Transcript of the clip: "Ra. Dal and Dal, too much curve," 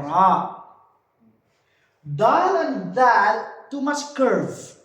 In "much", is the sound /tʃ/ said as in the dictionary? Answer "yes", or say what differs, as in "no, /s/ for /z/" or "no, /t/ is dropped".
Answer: no, /s/ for /tʃ/